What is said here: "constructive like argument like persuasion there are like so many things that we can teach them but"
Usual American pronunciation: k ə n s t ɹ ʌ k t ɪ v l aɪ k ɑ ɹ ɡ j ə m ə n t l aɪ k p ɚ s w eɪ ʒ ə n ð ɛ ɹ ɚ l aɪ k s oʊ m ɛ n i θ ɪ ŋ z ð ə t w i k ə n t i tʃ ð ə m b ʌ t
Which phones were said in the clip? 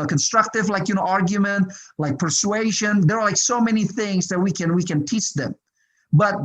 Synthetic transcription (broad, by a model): k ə n s t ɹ ʌ k t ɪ v l aɪ k ɑ ɹ ɡ j ə m ə n t l aɪ k p ɚ s w eɪ ʒ ə n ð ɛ ɹ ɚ l aɪ k s oʊ m ɛ n i θ ɪ ŋ z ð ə t w i k ə n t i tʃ ð ə m b ʌ t